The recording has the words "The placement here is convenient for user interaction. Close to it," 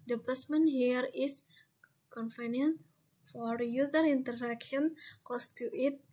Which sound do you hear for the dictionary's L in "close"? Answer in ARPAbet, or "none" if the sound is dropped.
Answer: none